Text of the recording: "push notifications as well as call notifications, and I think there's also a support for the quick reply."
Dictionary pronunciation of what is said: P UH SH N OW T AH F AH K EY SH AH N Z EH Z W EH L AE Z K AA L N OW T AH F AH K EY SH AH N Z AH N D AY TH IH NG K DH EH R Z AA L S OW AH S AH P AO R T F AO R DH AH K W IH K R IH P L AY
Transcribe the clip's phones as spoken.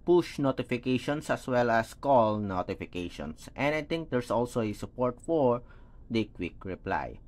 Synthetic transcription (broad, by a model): P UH SH N OW T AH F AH K EY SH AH N S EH S W EH L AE S K AA L N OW T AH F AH K EY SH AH N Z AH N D AY T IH NG K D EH R S AA L S OW AH S AH P AO R T F AO R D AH K W IH K R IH P L AY